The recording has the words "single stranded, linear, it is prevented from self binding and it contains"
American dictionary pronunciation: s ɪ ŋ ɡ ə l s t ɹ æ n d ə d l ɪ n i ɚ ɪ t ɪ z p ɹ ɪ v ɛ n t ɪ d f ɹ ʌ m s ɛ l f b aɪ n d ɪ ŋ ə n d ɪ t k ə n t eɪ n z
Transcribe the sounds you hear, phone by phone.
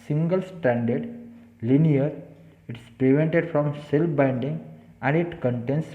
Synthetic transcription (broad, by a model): s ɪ ŋ ɡ ə l s t æ n d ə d l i n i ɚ ɪ t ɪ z p ɹ ɪ v ɛ n t ɪ d f ɹ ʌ m s ɛ l f b aɪ n d ɪ ŋ ə n d ɪ t k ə n t eɪ n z